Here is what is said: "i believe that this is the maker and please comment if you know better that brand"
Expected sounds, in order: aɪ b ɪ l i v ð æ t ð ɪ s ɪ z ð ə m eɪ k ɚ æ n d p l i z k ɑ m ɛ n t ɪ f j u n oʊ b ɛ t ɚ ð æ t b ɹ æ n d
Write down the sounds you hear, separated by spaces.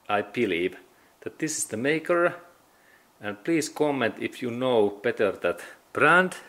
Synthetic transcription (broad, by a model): aɪ b ɪ l i v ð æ t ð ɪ s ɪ s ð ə m eɪ k ɚ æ n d p l i s k ɑ m ɛ n t ɪ f j u n oʊ b ɛ t ɚ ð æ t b ɹ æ n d